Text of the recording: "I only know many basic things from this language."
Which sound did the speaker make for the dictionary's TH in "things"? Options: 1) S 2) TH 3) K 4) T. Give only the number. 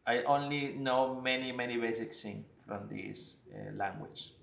1